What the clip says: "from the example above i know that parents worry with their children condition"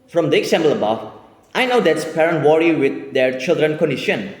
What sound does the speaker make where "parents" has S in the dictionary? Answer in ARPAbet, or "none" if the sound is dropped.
none